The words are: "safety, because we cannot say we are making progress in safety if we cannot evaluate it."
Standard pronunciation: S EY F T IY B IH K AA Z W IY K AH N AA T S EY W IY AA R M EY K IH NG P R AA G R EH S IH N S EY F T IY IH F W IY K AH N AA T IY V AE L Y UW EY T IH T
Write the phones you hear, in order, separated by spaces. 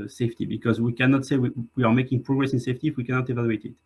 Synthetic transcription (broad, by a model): S EY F T IY B IH K AA Z W IY K AH N AA T S EY W IY AA R M EY K IH NG P R AA G R EH S IH N S EY F T IY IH F W IY K AH N AA T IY V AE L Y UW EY T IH T